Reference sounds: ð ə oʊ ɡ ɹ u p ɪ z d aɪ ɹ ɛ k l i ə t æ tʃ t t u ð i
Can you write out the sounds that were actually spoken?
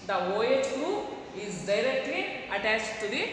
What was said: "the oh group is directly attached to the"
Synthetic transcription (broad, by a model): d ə oʊ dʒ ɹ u ɪ z d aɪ ɹ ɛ k l i ə t æ tʃ t t u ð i